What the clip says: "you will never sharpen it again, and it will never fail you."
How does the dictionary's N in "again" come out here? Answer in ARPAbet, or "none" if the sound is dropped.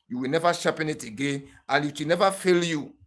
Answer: N